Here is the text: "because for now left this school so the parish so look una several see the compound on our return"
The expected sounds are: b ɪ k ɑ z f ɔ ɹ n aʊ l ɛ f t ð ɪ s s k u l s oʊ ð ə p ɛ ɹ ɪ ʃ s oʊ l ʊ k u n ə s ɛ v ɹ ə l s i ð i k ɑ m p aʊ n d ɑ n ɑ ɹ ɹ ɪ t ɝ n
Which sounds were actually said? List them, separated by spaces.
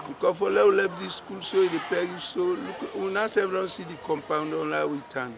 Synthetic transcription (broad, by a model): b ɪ k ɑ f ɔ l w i l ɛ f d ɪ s s k u l s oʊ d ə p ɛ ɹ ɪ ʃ s oʊ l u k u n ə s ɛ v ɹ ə n s i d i k ɑ m p aʊ n d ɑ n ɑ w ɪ t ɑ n